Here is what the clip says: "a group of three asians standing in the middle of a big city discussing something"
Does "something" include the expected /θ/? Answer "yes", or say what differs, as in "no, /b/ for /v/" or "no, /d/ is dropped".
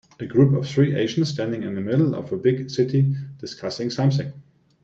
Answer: no, /s/ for /θ/